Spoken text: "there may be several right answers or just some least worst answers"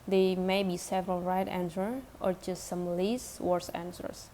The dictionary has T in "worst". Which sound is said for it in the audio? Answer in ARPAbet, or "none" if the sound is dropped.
none